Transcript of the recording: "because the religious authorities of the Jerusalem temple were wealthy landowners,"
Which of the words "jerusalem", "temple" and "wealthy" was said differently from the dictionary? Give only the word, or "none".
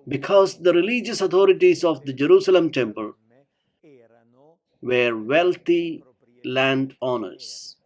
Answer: wealthy